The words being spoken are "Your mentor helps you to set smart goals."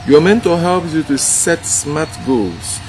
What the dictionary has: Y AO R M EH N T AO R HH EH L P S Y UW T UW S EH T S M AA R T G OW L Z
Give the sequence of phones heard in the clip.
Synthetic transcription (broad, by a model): Y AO M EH N T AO L HH EH L P S Y UW T UW S EH T S M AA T G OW L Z